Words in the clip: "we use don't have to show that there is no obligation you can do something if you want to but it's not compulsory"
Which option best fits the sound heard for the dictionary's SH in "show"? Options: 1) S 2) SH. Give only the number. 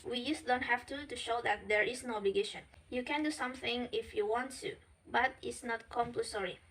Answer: 2